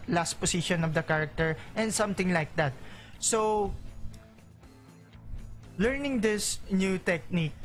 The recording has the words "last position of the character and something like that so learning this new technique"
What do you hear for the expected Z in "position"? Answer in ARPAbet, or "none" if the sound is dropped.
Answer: S